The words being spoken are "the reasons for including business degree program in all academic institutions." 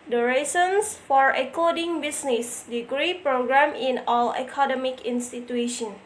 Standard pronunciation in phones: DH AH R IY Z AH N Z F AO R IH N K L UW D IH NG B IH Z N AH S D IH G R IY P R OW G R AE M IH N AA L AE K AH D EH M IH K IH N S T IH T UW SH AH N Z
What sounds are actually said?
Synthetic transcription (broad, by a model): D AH R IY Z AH N S F AO R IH K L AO D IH NG B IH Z N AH S D IH G R IY P R OW G R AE M IH N AA L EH K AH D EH M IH K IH N S T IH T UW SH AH N